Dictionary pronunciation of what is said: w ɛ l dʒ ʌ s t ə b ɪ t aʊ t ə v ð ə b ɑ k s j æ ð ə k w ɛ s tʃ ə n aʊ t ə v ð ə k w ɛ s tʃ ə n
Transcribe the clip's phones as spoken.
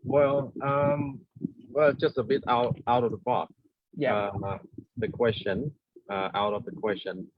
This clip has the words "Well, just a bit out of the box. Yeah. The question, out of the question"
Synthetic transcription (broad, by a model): w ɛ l dʒ ʌ s t ə b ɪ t aʊ t ə v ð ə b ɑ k j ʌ ð ə k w ɛ s tʃ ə n aʊ t ə v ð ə k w ɛ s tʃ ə n